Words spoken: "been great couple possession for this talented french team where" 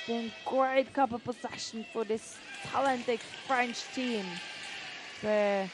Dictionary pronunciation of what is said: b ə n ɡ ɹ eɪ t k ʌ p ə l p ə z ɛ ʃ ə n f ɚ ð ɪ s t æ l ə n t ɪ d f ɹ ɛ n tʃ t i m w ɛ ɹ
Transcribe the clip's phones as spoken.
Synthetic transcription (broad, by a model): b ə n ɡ ɹ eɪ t k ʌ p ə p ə s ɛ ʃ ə n f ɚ ð ɪ s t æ l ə n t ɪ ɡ f ɹ ɛ n tʃ t i m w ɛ